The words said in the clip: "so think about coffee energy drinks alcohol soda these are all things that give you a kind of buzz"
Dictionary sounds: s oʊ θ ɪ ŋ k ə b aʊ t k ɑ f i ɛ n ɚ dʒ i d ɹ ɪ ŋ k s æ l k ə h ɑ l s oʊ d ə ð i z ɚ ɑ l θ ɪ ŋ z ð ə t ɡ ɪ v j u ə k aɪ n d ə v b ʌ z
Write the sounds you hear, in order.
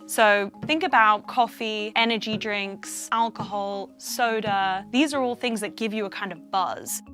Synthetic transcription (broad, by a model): s oʊ θ ɪ ŋ k ə b aʊ t k ɑ f i ɛ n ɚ dʒ i d ɹ ɪ ŋ k s æ l k ə h ɑ l s oʊ d ə ð i z ɚ ɑ l θ ɪ ŋ z ð ə t ɡ ɪ v j ə k aɪ n d ə v b ʌ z